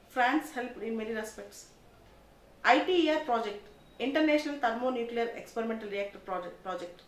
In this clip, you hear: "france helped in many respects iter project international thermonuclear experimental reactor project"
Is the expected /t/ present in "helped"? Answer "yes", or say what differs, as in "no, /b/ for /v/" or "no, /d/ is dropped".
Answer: no, /t/ is dropped